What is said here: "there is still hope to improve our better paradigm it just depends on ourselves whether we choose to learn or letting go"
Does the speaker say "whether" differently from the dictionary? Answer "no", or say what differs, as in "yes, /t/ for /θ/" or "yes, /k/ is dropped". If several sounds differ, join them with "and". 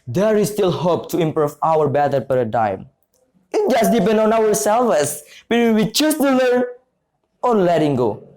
yes, /ð/ is dropped